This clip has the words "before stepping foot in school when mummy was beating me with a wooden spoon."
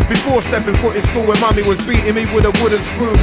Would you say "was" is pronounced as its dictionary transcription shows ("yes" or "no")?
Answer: yes